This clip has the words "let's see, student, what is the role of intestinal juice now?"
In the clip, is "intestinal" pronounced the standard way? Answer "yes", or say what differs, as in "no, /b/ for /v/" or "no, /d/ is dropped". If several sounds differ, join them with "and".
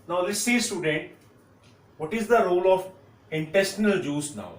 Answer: yes